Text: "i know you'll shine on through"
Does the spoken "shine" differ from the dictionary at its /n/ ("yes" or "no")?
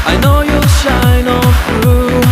no